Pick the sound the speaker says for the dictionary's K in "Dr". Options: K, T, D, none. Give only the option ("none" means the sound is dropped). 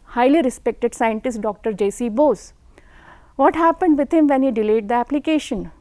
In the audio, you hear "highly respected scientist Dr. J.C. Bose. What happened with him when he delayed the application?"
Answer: K